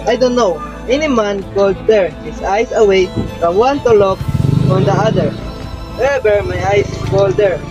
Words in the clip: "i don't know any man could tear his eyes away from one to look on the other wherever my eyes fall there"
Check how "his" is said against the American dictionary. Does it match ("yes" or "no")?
no